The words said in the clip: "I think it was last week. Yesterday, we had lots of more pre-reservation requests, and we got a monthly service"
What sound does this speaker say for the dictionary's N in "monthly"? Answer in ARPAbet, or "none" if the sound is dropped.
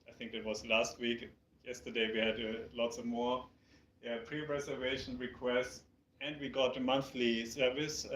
N